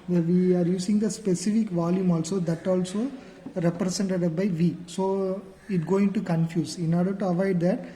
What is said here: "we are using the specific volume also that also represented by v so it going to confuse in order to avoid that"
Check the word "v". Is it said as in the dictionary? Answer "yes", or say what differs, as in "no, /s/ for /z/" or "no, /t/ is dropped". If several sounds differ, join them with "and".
yes